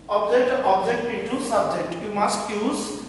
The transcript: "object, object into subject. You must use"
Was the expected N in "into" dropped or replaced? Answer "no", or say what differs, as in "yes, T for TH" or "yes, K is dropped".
yes, N is dropped